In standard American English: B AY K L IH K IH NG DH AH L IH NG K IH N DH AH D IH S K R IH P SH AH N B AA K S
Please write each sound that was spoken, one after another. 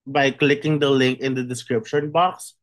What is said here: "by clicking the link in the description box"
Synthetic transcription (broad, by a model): B AY K L IH K IH NG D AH L IH NG K IH N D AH D IH S K R IH P SH AH N B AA K S